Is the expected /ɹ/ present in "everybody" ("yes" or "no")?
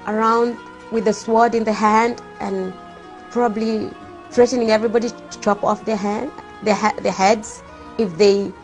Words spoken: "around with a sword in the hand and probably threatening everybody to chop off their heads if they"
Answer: yes